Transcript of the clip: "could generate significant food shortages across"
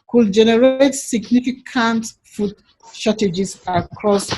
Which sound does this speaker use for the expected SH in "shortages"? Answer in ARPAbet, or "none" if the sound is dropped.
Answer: S